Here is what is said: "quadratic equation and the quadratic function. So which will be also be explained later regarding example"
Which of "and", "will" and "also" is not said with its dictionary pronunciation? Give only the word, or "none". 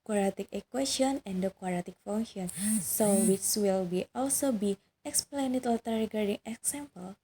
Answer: none